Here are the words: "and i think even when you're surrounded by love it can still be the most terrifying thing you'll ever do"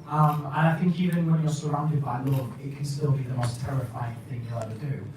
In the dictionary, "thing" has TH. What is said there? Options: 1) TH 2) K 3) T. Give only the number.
1